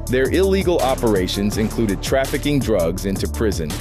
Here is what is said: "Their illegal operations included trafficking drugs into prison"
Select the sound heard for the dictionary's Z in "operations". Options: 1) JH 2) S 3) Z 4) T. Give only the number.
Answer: 3